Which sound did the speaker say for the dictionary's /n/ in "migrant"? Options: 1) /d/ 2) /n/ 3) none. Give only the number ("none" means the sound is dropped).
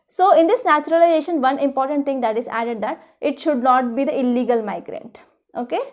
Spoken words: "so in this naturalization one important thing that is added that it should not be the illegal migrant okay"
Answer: 2